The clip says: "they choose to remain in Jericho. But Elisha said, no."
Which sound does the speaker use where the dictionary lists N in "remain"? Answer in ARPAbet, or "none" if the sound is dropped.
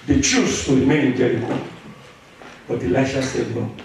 none